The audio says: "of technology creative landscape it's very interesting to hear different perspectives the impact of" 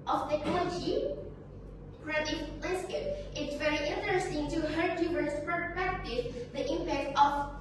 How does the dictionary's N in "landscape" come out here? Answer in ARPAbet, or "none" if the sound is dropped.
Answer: none